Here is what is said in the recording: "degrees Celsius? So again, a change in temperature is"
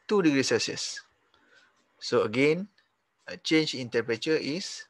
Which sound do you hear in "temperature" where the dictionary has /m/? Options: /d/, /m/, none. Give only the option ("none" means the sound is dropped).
none